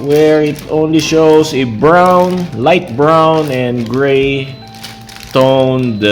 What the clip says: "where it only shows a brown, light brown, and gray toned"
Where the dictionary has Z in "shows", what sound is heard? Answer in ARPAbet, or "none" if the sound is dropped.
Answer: S